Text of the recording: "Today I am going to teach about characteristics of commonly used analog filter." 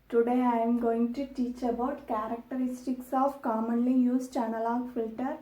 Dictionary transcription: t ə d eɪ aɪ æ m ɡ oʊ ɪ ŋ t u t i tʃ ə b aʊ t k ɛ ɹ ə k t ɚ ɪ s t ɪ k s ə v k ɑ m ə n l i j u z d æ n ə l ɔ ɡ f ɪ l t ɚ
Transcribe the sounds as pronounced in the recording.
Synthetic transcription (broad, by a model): t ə d eɪ aɪ m ɡ oʊ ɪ ŋ t u t i tʃ ə b aʊ t k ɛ ɹ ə k t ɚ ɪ s t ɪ k s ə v k ɑ m ə n l i j u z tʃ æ n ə l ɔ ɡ f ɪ l t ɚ